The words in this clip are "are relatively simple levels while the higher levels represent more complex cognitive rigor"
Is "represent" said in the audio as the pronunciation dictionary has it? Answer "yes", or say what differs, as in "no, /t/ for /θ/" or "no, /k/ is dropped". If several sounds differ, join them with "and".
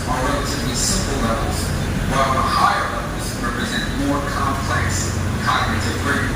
yes